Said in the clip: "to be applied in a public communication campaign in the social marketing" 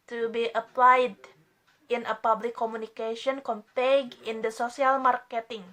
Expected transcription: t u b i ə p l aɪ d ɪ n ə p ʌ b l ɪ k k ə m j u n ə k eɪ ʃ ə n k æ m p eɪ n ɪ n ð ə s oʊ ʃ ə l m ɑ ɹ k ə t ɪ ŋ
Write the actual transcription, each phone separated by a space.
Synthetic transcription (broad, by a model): t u b i ə p l aɪ d ɪ n ə p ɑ b l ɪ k k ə m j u n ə k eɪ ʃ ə n k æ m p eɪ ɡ ɪ n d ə s oʊ s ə l m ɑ ɹ k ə t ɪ ŋ